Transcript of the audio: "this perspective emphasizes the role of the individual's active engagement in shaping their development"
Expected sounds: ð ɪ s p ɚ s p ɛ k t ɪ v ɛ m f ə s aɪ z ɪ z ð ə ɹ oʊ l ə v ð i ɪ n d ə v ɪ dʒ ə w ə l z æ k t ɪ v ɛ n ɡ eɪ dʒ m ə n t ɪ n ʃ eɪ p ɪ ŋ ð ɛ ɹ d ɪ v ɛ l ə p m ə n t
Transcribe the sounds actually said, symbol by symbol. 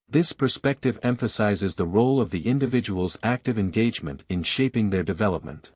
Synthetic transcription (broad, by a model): ð ɪ s p ɚ s p ɛ k t ɪ v ɛ m f ə s aɪ z ɪ z ð ə ɹ oʊ l ə v ð i ɪ n d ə v ɪ dʒ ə w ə l z æ k t ɪ v ɛ n ɡ eɪ dʒ m ə n t ɪ n ʃ eɪ p ɪ ŋ ð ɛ ɹ d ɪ v ɛ l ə p m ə n t